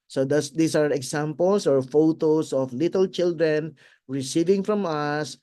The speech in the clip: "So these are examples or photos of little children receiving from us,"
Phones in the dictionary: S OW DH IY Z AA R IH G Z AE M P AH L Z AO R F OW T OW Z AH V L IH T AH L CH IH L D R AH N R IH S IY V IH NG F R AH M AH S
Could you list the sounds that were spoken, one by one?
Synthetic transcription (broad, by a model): S OW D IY S AA R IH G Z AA M P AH L S AO R F OW T OW S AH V L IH T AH L CH IH L D R AH N R IH S IY V IH NG F R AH M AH S